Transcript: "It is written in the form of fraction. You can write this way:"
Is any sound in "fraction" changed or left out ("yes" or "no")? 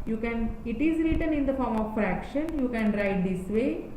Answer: no